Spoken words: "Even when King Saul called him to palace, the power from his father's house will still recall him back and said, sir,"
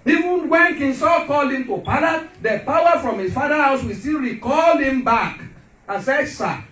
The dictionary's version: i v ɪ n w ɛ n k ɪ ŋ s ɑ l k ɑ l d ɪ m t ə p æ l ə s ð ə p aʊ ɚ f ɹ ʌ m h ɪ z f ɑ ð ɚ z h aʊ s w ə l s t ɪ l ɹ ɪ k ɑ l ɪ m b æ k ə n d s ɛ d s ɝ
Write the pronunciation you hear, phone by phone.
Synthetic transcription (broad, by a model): i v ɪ n w ɛ n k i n s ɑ k ɑ l ɪ m t ə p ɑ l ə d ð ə p aʊ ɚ f ɹ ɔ m h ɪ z f ɑ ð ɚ h aʊ s w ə s t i l ɹ ɪ k ɑ l ɪ m b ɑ k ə n s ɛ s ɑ